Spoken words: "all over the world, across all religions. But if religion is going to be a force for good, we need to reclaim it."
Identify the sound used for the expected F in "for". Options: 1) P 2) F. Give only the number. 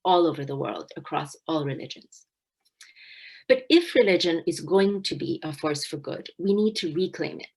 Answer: 2